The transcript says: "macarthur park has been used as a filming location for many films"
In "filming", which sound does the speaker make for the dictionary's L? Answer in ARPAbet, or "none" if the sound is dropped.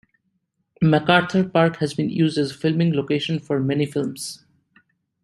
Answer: L